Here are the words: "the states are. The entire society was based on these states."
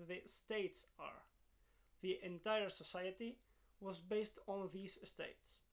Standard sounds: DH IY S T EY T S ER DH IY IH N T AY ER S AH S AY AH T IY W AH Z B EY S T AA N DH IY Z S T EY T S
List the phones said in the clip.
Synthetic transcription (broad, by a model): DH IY S T EY T S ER DH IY IH N T AY ER S AH S AY AH T IY W AH Z B EY S T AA N DH IY Z S T EY T S